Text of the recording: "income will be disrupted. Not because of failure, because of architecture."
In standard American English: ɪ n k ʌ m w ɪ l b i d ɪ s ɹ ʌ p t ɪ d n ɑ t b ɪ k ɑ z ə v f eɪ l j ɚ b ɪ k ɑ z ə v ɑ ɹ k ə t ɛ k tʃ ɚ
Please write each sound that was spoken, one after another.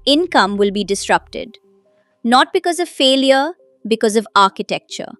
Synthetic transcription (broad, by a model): ɪ n k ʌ m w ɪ l b i d ɪ s ɹ ʌ p t ɪ d n ɑ t b ɪ k ɑ z ə v f eɪ l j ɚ b ɪ k ɑ z ə v ɑ ɹ k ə t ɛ k tʃ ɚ